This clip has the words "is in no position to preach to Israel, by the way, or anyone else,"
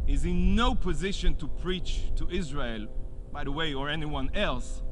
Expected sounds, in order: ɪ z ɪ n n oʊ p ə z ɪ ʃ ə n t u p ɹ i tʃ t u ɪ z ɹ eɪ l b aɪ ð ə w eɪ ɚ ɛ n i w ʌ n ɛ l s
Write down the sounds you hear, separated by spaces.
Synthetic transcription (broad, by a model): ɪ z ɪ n n oʊ p ə z ɪ ʃ ə n t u p ɹ i tʃ t u ɪ z ɹ eɪ l b aɪ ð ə w eɪ ɚ ɛ n i w ʌ n ɛ l s